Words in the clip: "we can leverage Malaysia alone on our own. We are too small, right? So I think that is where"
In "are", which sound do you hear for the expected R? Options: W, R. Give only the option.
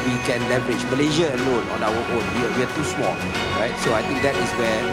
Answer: W